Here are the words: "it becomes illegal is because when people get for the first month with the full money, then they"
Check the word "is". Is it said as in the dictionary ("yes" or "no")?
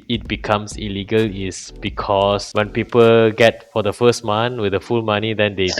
no